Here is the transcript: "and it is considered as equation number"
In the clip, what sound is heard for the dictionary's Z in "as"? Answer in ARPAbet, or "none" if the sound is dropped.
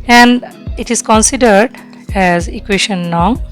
Z